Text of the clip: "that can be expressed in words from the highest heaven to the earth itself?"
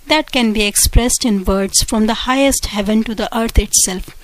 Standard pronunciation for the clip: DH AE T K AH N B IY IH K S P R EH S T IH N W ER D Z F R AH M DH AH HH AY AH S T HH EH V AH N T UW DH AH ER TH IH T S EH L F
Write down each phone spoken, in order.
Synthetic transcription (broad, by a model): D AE T K AH N B IY IH K S P R EH S T IH N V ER D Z F R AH M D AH HH AY AH S T HH EH V AH N T UW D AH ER T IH T S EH L F